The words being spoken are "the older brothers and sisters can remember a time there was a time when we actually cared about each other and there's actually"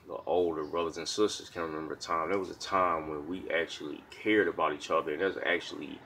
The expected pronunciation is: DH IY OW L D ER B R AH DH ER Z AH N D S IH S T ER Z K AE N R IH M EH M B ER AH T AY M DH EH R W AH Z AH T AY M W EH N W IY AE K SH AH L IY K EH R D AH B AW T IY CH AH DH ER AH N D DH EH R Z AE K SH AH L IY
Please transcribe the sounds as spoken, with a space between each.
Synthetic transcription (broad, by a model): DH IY OW L D ER B R AH DH ER Z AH N S IH S T ER Z K AE N R IH M EH M B ER AH T AY M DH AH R W AH Z AH T AY M W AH N W IY AE K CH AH L IY K EH R D AH B AW T IY CH AH DH ER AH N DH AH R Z AE K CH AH L IY